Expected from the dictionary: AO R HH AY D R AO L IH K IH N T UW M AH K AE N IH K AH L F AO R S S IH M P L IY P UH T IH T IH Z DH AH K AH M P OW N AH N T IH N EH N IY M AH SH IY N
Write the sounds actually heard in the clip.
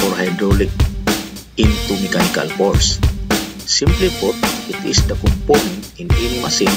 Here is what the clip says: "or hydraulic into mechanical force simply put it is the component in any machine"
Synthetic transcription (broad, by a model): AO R HH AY D R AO L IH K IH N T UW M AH K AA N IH K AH L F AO R S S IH M P L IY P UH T IH T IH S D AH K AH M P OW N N IH N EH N M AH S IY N